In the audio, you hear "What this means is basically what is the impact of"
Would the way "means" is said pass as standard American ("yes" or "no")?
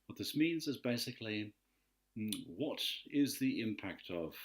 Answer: yes